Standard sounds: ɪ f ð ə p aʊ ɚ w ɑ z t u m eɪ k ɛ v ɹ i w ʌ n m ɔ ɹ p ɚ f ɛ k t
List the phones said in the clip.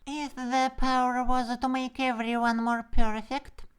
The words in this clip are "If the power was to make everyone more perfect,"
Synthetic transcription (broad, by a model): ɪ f ð ə p aʊ ɚ w ɑ z t u m eɪ k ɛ v ɹ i w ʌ n m ɔ ɹ p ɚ f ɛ k t